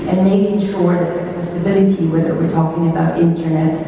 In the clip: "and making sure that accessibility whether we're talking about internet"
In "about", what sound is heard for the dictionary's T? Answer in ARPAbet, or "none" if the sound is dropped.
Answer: T